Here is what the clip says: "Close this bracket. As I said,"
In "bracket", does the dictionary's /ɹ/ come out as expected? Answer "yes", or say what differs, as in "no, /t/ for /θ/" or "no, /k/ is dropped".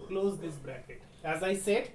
yes